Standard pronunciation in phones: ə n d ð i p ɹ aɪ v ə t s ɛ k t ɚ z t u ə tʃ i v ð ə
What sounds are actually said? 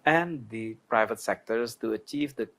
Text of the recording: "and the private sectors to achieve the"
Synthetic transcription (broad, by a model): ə n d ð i p ɹ aɪ v ə t s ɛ k t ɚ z t u ə tʃ i v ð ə